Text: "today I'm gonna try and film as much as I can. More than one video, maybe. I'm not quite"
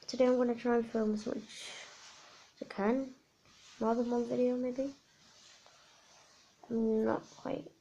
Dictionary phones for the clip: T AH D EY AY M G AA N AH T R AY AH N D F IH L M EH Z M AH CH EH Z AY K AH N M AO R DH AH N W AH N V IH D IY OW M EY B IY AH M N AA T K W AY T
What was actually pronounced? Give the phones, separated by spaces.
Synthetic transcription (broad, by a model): T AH D EY AY M G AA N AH T R AY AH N F IH L M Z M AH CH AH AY K AH N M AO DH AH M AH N V IH D IY OW M EY B IY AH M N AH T K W AY T